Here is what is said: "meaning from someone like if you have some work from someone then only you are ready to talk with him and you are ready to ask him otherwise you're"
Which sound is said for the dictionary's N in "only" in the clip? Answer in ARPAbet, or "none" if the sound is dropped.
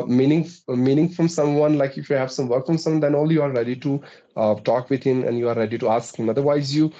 none